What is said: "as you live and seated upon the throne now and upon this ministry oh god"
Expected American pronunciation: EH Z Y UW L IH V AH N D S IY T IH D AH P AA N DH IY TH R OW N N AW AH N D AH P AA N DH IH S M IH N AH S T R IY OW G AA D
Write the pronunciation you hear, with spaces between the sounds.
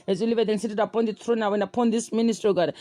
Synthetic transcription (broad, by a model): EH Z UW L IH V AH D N S IY T IH D AH P AA N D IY T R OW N N AW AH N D AH P AA N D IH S M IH N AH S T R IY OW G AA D